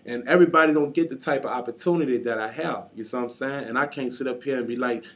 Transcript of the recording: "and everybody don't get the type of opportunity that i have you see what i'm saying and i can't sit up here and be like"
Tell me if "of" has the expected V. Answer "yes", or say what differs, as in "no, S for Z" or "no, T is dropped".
yes